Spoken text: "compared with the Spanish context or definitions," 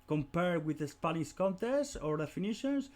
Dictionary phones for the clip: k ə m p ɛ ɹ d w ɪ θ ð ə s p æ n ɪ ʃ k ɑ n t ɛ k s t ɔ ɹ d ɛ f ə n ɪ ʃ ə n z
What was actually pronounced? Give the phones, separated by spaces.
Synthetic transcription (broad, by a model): k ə m p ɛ ɹ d w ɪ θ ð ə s p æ l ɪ s k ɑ n t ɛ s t ɔ ɹ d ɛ f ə n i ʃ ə n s